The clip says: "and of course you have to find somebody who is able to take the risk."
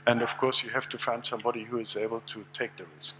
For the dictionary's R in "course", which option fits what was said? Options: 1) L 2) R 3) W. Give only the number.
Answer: 2